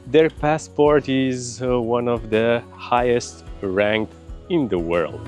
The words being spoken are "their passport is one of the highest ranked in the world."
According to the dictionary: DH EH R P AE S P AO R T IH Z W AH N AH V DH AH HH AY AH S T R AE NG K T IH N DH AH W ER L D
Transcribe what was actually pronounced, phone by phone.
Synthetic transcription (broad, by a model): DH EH R P AE S P AO R T IH Z W AH N AH V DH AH HH AY AH S T R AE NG K IH N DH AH W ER L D